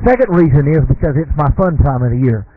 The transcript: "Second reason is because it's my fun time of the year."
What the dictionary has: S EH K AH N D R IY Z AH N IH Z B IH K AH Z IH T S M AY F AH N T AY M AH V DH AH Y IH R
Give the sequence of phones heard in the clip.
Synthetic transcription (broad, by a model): S EH K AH N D R IY Z AH N IH Z B IH K AH Z IH T S M AY F AH N T AY M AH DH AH Y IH R